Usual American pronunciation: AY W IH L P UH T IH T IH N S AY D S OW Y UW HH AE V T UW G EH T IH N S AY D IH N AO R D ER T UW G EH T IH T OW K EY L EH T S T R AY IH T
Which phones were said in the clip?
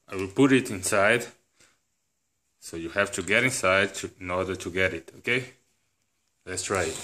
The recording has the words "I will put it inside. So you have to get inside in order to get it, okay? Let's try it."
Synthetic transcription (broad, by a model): AY W IH L P UH T IH T IH N S AY D S OW Y UW HH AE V T UW G EH T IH N S AY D IH N AO R D ER T UW G EH T IH T OW K EY L EH T S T R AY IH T